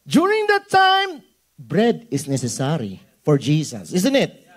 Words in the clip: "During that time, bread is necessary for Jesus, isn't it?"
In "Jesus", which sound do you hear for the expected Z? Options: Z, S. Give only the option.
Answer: S